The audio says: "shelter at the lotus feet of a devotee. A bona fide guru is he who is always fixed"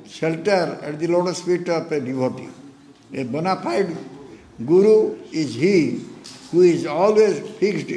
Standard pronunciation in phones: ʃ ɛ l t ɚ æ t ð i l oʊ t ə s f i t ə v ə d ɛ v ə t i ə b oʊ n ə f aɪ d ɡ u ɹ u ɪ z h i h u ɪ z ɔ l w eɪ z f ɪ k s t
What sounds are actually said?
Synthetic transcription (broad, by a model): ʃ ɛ l t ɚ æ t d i l oʊ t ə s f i t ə p ə d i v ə t i ə b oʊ n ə p aɪ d ɡ u ɹ u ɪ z h i h u ɪ z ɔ l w eɪ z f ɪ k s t